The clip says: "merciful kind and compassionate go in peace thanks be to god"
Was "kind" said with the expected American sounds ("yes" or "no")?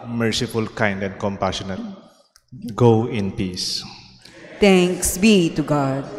yes